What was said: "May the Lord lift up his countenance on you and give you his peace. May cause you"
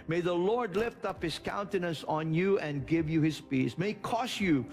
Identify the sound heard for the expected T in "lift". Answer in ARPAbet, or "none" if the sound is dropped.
T